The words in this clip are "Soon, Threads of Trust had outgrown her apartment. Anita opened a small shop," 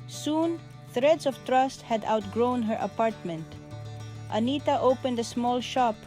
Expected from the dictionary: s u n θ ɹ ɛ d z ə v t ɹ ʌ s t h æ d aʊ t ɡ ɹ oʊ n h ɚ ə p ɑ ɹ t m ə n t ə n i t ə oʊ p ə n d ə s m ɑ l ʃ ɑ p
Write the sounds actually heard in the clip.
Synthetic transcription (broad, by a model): s u n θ ɹ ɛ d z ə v t ɹ ʌ s t h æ d aʊ t ɡ ɹ oʊ n h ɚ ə p ɑ ɹ t m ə n t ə n i t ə oʊ p ə n d ə s m ɑ l ʃ ɑ p